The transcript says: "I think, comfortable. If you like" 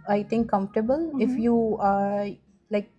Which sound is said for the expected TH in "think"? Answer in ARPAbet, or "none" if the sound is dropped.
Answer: T